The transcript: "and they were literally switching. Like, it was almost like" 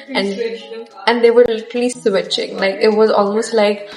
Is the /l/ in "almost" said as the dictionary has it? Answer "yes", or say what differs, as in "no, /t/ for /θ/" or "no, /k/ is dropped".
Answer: yes